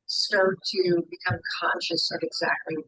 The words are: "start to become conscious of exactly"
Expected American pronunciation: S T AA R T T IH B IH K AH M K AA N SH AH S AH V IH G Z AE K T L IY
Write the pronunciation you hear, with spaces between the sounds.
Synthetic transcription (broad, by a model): S T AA R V T IH B IH K AH M K AA N SH AH S AH V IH G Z AE K T L IY